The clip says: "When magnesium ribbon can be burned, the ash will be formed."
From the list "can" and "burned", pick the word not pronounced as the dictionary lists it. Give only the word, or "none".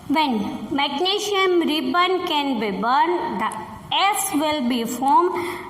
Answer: none